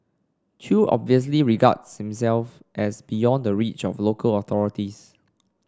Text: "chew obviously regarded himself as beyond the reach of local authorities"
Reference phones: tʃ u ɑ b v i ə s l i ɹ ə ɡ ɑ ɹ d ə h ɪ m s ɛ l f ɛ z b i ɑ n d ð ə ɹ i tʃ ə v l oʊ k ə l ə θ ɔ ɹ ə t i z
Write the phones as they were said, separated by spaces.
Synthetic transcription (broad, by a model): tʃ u ɑ b v i ə s l i ɹ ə ɡ ɑ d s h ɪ m s ɛ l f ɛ s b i ɑ n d ə ɹ i tʃ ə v l oʊ k ə l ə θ ɔ ɹ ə t i s